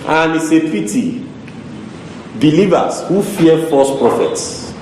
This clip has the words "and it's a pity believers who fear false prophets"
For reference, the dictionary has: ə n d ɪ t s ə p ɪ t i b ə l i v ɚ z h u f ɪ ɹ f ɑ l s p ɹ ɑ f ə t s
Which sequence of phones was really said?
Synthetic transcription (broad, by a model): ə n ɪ s ə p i t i b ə l i v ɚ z h u f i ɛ f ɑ s p ɹ ɑ f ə t s